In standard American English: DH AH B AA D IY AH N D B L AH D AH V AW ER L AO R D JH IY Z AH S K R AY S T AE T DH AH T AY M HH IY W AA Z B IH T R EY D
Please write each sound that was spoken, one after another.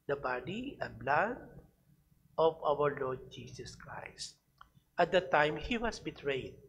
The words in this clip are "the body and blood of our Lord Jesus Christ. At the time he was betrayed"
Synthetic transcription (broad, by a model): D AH B AA D IY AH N B L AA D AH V AW ER L AO R D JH IY S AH S K R AY S T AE T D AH T AY M HH IY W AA S B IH T R EY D